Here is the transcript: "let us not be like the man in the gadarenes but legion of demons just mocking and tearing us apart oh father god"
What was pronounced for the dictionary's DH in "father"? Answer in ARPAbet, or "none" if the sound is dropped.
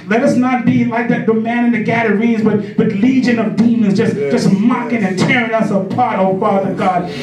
DH